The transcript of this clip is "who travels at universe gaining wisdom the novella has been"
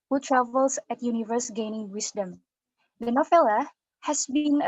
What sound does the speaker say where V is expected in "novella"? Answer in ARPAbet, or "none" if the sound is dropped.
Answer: F